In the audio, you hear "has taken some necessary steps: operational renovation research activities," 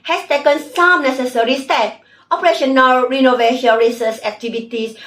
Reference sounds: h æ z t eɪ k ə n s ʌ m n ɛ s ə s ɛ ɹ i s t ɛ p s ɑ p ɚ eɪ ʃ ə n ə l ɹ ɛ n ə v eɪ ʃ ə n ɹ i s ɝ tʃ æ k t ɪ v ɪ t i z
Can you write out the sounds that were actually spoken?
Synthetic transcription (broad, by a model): h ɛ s t eɪ k ə n s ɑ m n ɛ s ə s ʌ ɹ i s t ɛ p ɑ p ɚ eɪ ʃ ə n ə l ɹ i n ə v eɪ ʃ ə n ɹ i s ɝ s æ k t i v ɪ t i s